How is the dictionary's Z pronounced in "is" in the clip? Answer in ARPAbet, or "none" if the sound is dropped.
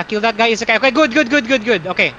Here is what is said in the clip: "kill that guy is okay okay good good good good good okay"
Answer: S